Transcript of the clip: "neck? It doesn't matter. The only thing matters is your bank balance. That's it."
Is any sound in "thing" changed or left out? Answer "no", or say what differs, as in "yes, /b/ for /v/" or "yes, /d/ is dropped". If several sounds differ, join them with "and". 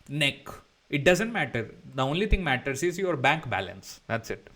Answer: yes, /t/ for /θ/